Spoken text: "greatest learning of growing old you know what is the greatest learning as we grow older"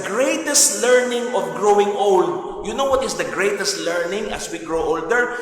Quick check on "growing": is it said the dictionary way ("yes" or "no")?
yes